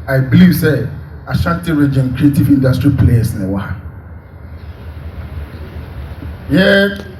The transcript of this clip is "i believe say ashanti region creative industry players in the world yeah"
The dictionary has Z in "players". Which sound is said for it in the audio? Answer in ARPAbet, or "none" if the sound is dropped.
S